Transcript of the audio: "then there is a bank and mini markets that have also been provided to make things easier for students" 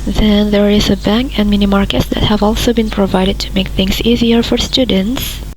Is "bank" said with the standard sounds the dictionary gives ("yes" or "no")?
yes